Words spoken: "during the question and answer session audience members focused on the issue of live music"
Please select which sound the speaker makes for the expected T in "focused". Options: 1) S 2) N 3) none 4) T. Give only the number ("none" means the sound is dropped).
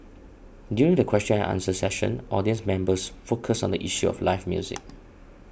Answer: 3